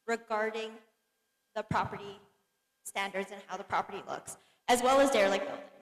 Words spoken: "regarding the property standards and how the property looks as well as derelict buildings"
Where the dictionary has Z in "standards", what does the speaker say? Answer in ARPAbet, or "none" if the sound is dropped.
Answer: Z